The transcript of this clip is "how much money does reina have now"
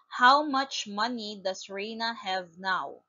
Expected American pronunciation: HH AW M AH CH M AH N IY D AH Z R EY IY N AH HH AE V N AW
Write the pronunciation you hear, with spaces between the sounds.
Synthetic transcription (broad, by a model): HH AW M AH CH M AH N IY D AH S R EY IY N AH HH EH V N AW